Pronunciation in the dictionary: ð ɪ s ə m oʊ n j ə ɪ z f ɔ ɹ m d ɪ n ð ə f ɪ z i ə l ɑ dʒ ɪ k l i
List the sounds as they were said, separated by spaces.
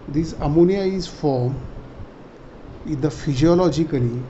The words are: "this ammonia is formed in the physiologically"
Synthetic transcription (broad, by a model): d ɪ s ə m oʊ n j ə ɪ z f ɔ ɹ m ɪ n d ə f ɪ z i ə l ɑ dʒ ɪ k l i